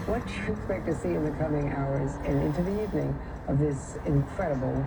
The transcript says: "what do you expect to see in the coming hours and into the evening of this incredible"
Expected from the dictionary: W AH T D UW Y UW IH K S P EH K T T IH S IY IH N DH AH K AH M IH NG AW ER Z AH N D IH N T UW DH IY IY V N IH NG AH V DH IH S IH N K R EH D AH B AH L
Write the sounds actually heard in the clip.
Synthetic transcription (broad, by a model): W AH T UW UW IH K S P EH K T T IH S IY IH N DH AH K AH M IH NG AW ER Z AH N IH N T UW DH IY IY V N IH NG AH V DH IH S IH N K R EH D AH B L